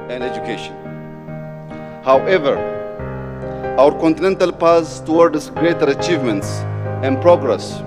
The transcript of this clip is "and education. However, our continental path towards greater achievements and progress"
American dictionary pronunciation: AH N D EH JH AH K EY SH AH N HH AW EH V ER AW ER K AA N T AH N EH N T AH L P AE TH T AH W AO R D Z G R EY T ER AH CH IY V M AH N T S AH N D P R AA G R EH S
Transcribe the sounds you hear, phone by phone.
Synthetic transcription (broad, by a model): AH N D EH JH AH K EY SH AH N HH AW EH V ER AW ER K AA N T AH N EH N T AH L P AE S T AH W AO R D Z G R EY T ER AH CH IY V M AH N T S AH N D P R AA G R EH S